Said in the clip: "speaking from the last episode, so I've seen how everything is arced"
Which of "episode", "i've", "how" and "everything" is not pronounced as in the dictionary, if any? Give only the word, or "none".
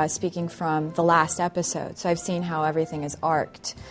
none